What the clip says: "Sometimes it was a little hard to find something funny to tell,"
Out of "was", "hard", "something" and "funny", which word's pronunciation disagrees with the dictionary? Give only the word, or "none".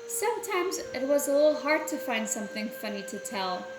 none